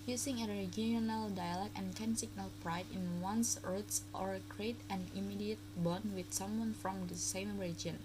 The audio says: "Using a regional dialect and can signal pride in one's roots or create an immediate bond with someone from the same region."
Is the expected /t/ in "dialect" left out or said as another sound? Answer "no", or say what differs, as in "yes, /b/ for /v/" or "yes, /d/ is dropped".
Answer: yes, /t/ is dropped